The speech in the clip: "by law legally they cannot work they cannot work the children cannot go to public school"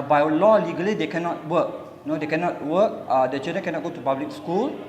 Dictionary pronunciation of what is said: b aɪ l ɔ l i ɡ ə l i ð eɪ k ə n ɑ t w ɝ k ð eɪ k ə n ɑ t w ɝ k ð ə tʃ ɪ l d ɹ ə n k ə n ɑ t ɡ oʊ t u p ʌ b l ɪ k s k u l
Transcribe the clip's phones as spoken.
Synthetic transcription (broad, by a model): b aɪ l ɔ l i ɡ ə l i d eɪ k ə n ɑ t w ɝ k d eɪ k ə n ɑ t w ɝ k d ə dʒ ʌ d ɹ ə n k ə n ɑ t ɡ oʊ t u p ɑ b l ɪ k s k u l